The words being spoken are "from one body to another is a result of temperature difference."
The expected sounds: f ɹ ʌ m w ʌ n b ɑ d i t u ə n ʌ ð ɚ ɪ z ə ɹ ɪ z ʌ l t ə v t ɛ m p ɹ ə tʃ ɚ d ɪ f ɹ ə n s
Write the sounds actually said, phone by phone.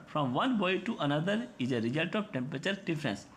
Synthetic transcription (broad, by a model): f ɹ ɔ m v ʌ n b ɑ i t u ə n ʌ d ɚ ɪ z ə ɹ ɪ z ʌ l t ə v t ɛ m p ɹ ə tʃ ɚ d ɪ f ɹ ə n s